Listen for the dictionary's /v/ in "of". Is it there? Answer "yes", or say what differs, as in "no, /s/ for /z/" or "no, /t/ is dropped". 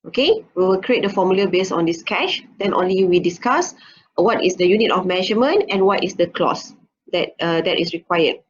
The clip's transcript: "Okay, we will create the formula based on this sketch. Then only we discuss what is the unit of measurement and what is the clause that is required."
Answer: no, /f/ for /v/